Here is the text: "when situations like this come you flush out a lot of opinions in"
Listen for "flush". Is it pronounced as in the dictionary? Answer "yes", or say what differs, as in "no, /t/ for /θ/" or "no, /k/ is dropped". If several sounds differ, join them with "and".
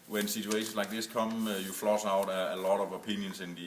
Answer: no, /s/ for /ʃ/